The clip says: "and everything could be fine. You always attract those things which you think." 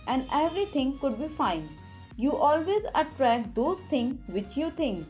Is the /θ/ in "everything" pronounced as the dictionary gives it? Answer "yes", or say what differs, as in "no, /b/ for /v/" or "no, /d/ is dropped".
no, /t/ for /θ/